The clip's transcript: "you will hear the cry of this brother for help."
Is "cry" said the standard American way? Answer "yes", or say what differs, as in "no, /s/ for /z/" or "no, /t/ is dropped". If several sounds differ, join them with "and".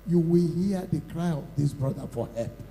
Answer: yes